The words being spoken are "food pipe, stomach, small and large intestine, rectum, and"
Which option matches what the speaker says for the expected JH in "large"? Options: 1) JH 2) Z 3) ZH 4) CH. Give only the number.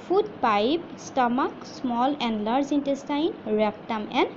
2